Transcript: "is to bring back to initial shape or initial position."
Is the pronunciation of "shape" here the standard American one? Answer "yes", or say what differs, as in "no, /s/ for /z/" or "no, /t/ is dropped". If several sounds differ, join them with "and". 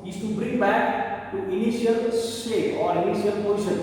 no, /s/ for /ʃ/